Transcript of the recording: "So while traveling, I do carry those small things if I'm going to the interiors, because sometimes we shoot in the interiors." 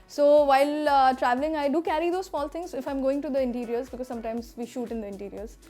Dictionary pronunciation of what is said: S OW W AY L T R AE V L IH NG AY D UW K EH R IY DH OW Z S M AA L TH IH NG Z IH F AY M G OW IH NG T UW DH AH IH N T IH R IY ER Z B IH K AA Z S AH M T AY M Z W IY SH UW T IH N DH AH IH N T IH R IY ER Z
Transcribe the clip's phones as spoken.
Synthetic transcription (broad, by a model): S OW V AY L T R AE V L IH NG AY D UW K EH R IY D OW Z S M AA L T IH NG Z IH F AY M G OW IH NG T UW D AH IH N T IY R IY ER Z B IH K AA Z S AH M T AY M Z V IY SH UW T IH N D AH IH N T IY R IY ER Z